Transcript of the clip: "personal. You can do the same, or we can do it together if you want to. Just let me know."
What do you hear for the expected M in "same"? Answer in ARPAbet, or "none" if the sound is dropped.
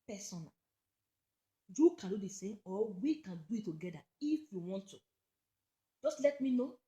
none